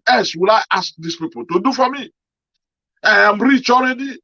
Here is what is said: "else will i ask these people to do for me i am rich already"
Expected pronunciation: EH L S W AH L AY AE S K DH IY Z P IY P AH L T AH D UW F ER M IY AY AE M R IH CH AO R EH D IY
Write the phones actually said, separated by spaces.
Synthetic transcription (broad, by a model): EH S W AH L AY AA S K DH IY S P IY P AH L T AH D UW F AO M IY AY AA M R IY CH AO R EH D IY